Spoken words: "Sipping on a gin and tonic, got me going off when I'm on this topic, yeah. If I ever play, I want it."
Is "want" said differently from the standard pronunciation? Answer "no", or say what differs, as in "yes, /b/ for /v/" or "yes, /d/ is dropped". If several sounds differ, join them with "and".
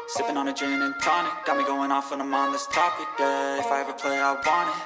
yes, /t/ is dropped